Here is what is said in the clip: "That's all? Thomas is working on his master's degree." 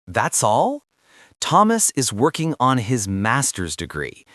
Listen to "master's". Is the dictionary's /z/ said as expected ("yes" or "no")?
yes